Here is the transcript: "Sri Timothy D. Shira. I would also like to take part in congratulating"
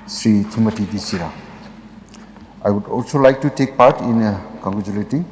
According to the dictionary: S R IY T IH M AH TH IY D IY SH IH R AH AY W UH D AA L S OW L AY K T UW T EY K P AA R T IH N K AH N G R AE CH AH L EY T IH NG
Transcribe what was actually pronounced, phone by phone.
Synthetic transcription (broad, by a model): S R IY T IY M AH T IY D IY S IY R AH AY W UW D AA L S OW L AY K T UW T EY K P AA R T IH N K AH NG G R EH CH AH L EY T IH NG